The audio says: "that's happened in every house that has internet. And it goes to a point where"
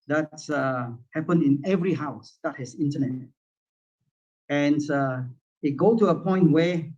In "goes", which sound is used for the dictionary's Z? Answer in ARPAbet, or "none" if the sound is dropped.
none